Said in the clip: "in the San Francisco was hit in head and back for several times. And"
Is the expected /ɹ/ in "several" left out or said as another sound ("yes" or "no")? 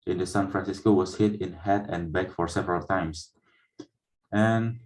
no